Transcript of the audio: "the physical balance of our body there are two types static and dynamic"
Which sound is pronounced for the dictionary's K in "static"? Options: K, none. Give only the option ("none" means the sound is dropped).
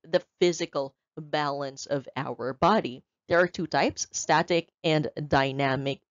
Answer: K